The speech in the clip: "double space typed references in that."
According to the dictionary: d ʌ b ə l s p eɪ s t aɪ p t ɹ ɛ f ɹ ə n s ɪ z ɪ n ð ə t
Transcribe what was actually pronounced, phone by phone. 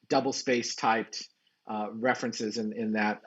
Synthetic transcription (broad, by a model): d ʌ b l s p eɪ s t aɪ p t ɹ ɛ f ɹ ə n s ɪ z ɪ n ð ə t